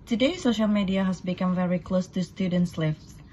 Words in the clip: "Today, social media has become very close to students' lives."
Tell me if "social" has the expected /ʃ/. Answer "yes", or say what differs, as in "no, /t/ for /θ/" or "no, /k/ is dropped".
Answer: yes